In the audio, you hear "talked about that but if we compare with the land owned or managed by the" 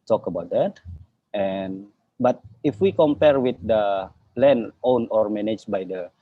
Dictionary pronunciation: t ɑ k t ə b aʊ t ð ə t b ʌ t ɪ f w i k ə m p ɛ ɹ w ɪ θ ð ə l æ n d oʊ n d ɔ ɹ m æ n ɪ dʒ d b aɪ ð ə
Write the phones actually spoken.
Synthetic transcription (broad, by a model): t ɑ k ə b aʊ t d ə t b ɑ t ɪ f w i k ə m p ɛ ɹ w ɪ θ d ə l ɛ n oʊ n ɔ ɹ m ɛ n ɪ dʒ b aɪ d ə